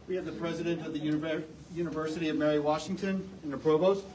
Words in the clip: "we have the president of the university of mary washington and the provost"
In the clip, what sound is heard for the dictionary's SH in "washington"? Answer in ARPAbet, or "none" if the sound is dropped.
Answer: SH